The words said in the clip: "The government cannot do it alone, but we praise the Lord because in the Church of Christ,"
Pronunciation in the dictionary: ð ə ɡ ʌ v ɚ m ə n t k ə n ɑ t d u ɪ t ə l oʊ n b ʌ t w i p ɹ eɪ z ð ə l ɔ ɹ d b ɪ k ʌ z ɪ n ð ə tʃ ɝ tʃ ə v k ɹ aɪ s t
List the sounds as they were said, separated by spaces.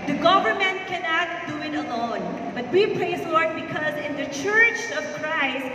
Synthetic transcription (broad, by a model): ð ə ɡ ʌ v ɚ m ə n t k ə n ɑ t d u ɪ t ə l oʊ n b ʌ t w i p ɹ eɪ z l ɔ ɹ d b ɪ k ʌ z ɪ n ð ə tʃ ɝ tʃ ə v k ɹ aɪ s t